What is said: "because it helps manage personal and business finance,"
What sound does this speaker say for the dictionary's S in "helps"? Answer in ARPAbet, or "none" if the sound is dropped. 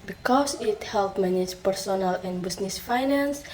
none